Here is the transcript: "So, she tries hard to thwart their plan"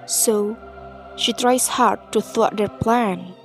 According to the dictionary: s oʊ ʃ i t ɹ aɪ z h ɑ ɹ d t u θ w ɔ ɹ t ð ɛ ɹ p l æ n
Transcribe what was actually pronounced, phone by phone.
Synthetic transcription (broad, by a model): s oʊ ʃ i t ɹ aɪ s h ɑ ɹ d t u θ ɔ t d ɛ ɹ p l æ n